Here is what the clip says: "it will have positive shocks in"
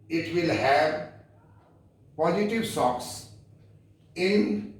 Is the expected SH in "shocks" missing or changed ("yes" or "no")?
yes